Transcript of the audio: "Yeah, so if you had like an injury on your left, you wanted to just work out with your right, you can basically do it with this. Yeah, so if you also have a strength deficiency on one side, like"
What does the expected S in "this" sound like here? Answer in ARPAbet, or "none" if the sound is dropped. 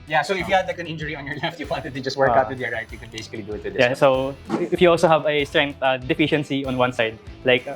none